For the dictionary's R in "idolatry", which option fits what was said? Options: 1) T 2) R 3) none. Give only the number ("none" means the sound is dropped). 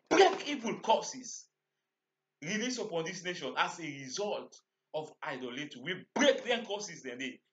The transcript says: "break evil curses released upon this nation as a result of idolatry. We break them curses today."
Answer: 3